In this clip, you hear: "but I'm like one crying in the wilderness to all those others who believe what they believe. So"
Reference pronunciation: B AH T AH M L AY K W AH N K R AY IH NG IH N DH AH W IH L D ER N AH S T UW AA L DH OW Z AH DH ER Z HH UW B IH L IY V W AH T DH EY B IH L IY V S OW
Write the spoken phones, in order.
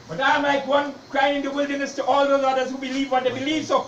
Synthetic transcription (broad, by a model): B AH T AH M L AY K W AH N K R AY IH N IH N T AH W IH L D ER N AH S T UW AA L DH OW Z AH DH ER Z HH UW B IH L IY V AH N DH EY B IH L IY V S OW